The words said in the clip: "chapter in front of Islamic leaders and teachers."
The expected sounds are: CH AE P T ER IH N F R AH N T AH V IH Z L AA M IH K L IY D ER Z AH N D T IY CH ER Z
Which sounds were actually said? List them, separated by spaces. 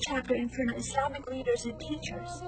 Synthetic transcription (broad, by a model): CH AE P T ER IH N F AH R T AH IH S L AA M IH K L IY D ER Z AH N T IY CH ER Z